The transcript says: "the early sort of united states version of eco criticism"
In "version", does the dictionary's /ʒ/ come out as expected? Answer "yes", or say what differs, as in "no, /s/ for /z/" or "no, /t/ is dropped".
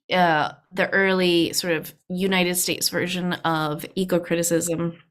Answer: yes